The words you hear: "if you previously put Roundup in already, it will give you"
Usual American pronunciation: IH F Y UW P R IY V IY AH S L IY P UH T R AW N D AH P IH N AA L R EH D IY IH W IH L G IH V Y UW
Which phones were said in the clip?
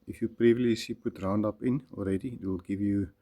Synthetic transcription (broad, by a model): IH F Y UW P R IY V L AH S IY P UH T R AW N D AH P IH N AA L R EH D IY IH W IH L G IH V Y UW